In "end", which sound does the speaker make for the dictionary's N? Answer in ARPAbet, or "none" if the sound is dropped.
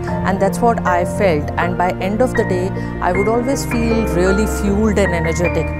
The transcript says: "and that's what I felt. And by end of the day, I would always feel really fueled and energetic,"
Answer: N